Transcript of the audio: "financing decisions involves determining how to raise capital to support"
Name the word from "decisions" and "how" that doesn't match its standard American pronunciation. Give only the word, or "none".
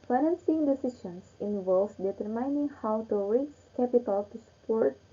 decisions